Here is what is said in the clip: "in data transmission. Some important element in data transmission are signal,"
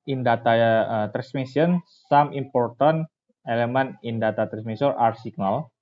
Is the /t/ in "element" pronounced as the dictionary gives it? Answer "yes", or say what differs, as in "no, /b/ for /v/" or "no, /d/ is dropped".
no, /t/ is dropped